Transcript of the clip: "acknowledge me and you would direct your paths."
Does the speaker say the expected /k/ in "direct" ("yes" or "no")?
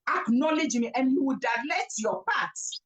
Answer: no